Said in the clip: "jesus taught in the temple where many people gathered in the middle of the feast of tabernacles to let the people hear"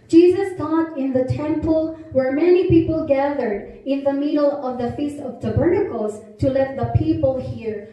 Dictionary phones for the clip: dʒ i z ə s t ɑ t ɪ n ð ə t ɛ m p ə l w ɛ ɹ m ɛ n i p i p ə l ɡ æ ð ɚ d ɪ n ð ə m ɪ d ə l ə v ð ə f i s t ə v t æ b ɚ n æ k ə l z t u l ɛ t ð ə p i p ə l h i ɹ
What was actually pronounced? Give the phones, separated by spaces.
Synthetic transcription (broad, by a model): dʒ i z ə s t ɑ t ɪ n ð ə t ɛ m p ə l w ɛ ɹ m ɛ n i p i p ə l ɡ æ ð ɚ d ɪ n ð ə m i d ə l ə v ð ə f i s t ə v t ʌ b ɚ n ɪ k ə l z t u l ɛ t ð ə p i p ə l h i ɹ